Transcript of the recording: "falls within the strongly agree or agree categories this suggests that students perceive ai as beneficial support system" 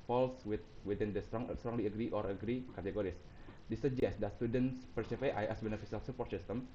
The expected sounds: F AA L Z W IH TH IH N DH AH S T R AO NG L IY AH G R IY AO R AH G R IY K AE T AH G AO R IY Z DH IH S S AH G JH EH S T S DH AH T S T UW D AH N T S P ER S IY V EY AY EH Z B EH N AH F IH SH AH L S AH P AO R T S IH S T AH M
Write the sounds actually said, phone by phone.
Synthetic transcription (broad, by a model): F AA L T W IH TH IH N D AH S T R AO NG L IY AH G R IY AO R AH G R IY K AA T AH G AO R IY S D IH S S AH JH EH S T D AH T S T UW D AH N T S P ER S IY F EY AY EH S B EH N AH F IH S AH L S AH P AO R T S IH S T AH M